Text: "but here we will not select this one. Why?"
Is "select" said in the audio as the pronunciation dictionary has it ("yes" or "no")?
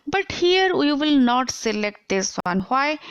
yes